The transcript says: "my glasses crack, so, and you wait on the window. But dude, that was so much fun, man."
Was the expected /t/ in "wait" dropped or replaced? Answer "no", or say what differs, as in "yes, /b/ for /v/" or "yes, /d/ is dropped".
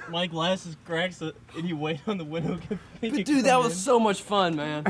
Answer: no